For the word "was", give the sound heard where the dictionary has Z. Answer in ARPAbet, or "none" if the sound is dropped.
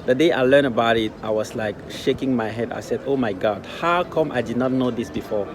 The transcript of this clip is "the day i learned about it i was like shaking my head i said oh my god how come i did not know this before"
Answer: S